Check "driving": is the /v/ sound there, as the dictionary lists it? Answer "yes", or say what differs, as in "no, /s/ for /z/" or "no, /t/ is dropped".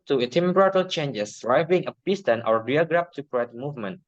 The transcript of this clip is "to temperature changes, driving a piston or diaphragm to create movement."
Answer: no, /b/ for /v/